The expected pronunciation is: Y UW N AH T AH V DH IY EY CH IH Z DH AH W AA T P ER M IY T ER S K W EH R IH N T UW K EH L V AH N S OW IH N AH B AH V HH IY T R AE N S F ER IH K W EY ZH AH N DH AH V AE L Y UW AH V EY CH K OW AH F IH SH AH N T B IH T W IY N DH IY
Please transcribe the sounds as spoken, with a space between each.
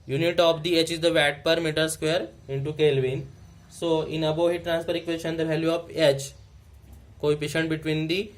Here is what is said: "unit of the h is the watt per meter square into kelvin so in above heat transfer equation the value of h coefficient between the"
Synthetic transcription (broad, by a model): Y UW N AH T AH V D IY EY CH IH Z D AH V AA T P ER M IY T ER S K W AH R IH N T UW K EH L V AH N S OW IH N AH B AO HH IY T R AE N S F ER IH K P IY SH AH N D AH V AE L Y UW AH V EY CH K OW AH P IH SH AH N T B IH T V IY N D IY